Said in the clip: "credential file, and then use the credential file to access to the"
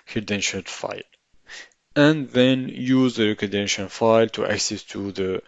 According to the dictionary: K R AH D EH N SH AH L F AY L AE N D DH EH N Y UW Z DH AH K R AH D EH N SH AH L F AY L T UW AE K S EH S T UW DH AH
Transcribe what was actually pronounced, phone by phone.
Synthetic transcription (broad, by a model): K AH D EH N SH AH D F AY L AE N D DH EH N Y UW Z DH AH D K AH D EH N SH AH N F AY L T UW AE K S EH S T UW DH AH